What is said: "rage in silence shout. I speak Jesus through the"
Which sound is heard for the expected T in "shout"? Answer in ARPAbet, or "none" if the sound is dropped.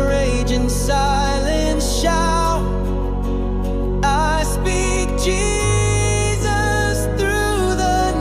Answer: none